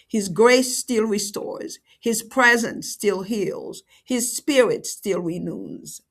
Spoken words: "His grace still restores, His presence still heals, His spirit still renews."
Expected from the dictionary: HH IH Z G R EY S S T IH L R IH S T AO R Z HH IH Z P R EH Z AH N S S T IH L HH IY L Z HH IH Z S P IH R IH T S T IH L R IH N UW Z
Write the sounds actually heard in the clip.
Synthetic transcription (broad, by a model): HH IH Z G R EY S S T IH L R IH S T AO R Z HH IH Z P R EH Z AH N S S T IH L HH IY L Z HH IH Z S P IH R IH T S T IH L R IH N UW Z